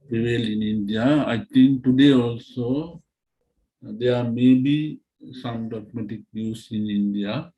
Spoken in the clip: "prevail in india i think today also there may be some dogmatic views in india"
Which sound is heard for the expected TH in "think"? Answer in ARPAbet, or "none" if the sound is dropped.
T